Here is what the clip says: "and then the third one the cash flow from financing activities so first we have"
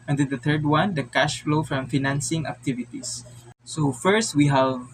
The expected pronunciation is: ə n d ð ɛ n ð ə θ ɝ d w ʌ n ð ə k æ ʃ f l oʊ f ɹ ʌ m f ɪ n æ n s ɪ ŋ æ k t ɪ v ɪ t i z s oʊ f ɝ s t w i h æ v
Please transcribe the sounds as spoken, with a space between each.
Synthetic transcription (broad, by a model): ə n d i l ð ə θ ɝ d w ʌ n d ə k æ ʃ f l oʊ f ɹ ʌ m f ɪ n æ n s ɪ ŋ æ k t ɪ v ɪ t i s oʊ f ɝ s t w i h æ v